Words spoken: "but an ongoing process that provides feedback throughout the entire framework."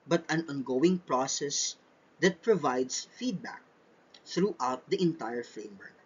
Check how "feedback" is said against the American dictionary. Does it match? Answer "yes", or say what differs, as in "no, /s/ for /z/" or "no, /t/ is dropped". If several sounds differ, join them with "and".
yes